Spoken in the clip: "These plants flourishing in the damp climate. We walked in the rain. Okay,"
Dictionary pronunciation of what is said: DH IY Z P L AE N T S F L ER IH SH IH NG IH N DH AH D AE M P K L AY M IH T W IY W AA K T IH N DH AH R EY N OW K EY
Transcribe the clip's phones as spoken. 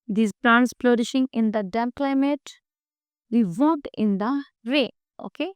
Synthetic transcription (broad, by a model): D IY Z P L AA N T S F L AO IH SH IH NG IH N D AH D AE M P K L AY M IH T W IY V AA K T IH N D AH R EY OW K EY